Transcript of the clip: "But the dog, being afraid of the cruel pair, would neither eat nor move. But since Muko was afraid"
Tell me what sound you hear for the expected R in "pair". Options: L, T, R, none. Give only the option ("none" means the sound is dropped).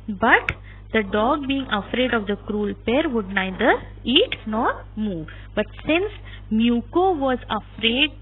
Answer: R